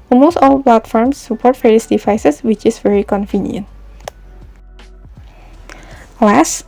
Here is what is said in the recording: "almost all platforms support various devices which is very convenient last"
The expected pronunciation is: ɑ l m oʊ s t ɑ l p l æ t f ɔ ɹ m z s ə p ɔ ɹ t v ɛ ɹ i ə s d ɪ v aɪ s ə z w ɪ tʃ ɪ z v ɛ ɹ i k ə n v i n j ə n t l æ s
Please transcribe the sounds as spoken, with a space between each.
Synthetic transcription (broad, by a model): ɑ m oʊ s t ɑ l p l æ t f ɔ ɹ m s ə p ɔ ɹ t f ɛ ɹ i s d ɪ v aɪ s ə s w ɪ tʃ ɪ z v ɛ ɹ i k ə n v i n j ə n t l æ s